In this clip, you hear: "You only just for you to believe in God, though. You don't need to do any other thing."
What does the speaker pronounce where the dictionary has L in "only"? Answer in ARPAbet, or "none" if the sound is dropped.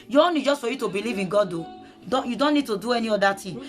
none